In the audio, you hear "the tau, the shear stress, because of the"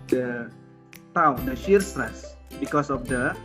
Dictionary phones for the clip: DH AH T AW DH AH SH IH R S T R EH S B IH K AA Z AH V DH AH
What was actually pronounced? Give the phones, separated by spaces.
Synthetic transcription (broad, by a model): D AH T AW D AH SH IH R S T R EH S B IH K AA S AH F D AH